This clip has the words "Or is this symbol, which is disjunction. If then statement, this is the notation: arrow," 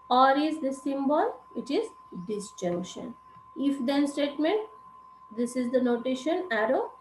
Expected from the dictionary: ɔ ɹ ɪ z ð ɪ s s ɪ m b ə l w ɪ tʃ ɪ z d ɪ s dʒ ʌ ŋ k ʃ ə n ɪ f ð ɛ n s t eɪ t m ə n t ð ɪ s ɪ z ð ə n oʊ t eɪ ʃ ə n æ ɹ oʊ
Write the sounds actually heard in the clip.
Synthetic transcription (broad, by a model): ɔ ɹ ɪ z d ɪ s s ɪ m b ə l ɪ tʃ ɪ z d ɪ s dʒ ʌ ŋ k ʃ ə n ɪ f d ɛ n s t eɪ t m ə n t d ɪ s ɪ z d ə n oʊ t eɪ ʃ ə n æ ɹ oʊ